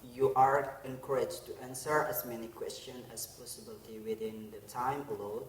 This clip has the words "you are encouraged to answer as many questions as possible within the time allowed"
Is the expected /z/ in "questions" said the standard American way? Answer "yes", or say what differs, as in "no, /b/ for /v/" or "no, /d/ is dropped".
no, /z/ is dropped